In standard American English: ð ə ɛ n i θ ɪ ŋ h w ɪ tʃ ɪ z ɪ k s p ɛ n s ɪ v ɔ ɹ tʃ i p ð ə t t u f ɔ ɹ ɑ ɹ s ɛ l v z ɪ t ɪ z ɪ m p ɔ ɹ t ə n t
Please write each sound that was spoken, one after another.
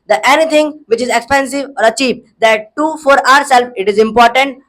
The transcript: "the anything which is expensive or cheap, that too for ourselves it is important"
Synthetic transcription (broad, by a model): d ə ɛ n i t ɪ ŋ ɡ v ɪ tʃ ɪ z ɪ k s p ɛ n s ɪ v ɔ ɹ tʃ i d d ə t t u f ɔ ɹ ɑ ɹ s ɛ l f ɪ t ɪ z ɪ m p ɔ ɹ t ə n t